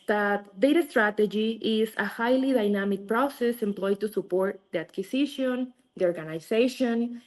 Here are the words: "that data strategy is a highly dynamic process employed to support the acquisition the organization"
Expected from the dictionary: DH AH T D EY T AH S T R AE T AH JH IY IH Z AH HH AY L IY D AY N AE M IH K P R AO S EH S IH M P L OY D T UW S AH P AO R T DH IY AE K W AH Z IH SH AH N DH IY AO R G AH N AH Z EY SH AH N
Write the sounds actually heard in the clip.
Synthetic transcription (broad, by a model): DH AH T D EY T AH S T R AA T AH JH IY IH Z AH HH AY L IY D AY N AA M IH K P R AO S EH S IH M P L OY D T UW S AH P AO R T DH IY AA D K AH S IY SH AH N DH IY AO R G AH N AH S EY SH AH N